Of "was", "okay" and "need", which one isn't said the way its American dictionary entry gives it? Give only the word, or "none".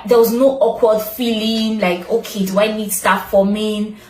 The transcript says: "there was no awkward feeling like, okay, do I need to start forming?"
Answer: none